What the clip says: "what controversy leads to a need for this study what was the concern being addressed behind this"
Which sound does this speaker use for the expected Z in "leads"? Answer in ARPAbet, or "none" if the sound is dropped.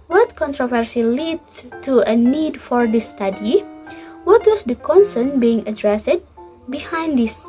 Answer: none